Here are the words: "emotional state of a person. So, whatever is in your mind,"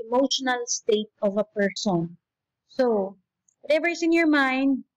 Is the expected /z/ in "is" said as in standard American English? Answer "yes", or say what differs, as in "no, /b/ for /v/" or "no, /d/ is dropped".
no, /s/ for /z/